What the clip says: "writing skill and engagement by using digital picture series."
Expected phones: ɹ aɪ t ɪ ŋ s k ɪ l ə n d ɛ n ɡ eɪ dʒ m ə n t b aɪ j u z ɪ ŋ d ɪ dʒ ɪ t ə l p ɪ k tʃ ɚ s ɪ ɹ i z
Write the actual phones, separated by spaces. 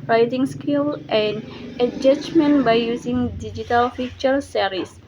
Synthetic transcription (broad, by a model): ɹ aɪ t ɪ ŋ s k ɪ l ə n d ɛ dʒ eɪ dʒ m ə n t b aɪ j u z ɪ ŋ d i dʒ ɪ t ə l f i tʃ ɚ s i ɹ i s